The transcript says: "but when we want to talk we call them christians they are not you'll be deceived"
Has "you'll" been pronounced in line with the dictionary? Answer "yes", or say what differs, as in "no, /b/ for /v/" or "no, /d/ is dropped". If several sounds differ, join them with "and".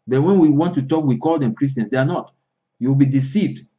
no, /w/ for /l/